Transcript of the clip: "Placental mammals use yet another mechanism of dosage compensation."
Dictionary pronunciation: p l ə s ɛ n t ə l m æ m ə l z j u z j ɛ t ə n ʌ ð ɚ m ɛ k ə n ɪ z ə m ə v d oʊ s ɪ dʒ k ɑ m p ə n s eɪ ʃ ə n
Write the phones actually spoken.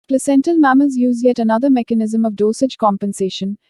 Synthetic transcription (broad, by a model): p l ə s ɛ n t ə l m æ m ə z j u z j ɛ t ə n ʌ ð ɚ m ɛ k ə n ɪ z ə m ə v d oʊ s ɪ dʒ k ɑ m p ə n s eɪ ʃ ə n